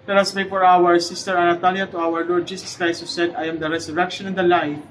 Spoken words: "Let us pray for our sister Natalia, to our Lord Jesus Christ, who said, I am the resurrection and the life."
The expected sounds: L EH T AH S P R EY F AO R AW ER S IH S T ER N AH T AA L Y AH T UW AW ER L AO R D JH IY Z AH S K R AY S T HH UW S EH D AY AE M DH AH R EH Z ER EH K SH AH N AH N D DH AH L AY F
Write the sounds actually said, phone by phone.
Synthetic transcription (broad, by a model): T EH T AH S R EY F AO R AW ER S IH S T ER N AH T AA L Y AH T UW AW ER L AO R D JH IY S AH S K R AY S T HH UW S EH D AY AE M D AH R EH S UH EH K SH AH N AH N D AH L AY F